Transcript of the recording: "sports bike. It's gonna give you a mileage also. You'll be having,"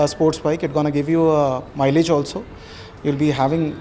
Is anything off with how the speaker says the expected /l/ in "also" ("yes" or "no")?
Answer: no